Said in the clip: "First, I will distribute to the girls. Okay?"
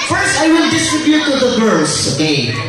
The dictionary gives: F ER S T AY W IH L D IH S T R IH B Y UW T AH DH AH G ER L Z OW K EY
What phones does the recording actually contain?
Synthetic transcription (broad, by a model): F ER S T AY W IH L D IH S T R IH B Y UW T AH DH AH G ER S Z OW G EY